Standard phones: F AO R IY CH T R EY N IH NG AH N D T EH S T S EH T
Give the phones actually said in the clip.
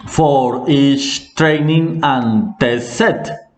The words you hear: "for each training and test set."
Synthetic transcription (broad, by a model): F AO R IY S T R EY N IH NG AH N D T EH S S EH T